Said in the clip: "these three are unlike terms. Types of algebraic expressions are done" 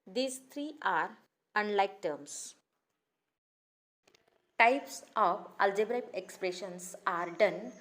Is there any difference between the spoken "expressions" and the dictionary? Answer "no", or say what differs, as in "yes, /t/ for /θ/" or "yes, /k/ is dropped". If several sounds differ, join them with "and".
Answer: yes, /s/ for /z/